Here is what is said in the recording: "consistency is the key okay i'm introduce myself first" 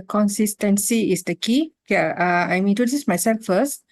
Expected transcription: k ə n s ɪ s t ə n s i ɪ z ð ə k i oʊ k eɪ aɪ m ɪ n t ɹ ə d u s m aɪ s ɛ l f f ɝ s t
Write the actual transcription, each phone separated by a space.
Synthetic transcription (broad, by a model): k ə n s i s t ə n s i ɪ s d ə k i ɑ ɑ aɪ m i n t ə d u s m aɪ s ɛ l f f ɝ s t